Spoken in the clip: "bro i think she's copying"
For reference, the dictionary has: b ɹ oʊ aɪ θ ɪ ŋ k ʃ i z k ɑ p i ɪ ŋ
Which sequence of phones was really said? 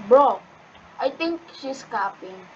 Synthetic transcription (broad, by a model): b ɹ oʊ aɪ t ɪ ŋ k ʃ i s k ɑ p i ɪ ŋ